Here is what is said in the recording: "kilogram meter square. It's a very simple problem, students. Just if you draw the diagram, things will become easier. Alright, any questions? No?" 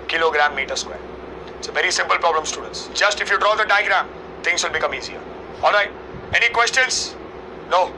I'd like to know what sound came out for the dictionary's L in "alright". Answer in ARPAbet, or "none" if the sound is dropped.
L